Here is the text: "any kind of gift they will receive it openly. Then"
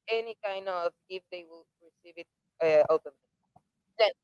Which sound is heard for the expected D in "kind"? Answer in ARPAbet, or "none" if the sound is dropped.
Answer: D